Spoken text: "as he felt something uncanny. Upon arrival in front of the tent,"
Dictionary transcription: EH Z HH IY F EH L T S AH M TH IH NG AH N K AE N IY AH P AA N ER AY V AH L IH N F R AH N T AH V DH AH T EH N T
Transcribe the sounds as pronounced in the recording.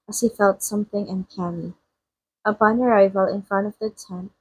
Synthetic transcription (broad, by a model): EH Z HH IY F EH L T S AH M TH IH NG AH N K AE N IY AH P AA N ER AY V AH L IH N F R AH N T AH V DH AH T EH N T